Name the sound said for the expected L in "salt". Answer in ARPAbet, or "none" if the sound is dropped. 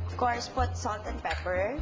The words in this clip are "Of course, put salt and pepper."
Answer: L